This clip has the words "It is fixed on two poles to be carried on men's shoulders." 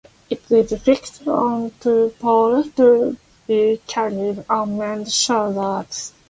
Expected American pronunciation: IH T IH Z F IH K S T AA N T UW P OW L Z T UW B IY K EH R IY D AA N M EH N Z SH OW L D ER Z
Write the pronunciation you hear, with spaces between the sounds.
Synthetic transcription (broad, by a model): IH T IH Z F IH K S T AA N T UW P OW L T UW B IY K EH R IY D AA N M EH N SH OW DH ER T